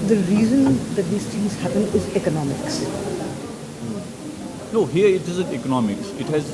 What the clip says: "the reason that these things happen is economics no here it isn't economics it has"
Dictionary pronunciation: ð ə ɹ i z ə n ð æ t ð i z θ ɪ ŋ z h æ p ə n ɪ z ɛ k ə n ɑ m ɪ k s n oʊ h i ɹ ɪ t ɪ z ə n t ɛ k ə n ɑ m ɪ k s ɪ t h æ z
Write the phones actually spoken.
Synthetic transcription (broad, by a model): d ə ɹ i z ə n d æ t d i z t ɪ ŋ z h æ p ə n ɪ z ɛ k ə n ɑ m ɪ k s n oʊ h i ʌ ɪ t ɪ z ə n t ɛ k ə n ɑ m ɪ k s ɪ t h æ z